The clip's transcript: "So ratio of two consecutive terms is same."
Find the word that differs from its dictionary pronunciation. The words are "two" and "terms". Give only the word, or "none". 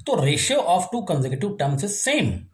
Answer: terms